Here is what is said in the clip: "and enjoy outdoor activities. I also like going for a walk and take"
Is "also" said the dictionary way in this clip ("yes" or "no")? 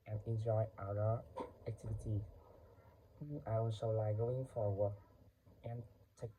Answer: no